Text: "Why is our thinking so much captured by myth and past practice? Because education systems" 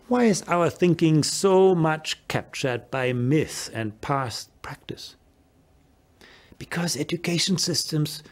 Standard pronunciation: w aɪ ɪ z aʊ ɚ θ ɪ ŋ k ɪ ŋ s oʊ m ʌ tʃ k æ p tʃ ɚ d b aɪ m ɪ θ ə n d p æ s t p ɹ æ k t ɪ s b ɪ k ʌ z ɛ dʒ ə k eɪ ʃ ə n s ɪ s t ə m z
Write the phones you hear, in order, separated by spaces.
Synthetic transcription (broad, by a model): w aɪ ɪ z aʊ ɚ θ ɪ ŋ k ɪ ŋ s oʊ m ʌ tʃ k æ p tʃ ɚ d b aɪ m ɪ θ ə n p æ s t p ɹ æ k t ɪ s b ɪ k ʌ z ɛ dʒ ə k eɪ ʃ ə n s ɪ s t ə m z